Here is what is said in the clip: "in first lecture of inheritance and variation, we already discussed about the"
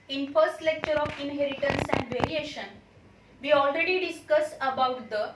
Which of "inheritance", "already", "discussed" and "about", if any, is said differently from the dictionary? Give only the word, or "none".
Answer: discussed